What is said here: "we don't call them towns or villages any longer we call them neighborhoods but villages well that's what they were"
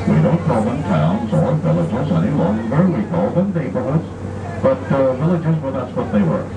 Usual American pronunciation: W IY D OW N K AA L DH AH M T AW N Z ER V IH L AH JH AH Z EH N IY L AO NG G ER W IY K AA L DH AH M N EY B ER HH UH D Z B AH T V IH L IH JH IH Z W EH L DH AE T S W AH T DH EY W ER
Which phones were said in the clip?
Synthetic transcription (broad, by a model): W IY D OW K AA L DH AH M T AW N Z ER V IH L AH JH AH Z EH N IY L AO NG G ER W IY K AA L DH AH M N EY B ER HH UH D Z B AH T V IH L IH JH IH Z W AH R DH AE T S W AH T DH EY W ER